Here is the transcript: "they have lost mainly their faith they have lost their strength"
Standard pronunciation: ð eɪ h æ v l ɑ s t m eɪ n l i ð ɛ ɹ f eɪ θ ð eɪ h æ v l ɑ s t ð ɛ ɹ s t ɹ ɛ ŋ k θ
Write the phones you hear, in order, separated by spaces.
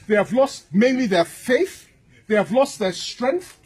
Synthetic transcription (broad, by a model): ð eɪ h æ v l ɑ s t m eɪ n l i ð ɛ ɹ f eɪ θ ð eɪ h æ v l ɑ s t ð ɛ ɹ s t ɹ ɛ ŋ k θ